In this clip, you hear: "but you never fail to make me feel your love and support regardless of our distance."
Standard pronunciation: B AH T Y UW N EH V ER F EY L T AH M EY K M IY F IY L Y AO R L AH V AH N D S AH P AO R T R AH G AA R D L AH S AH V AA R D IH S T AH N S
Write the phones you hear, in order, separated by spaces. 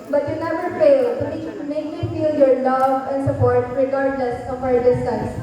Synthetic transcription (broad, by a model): B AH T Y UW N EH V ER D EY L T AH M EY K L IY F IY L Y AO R L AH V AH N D S AH P AO R T R AH G AA R D L AH S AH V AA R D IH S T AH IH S